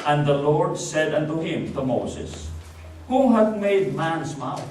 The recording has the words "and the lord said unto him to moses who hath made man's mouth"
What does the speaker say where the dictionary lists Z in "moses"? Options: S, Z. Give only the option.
S